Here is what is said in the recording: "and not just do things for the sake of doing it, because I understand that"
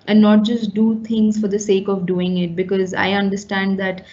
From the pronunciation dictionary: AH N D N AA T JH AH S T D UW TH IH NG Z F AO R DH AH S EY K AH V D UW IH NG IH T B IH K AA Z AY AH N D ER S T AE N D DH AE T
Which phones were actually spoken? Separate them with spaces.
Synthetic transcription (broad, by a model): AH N N AA T JH AH S T D UW T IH NG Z F AO R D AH S EY K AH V D UW IH NG IH T B IH K AA Z AY AH N D ER S T AE N D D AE T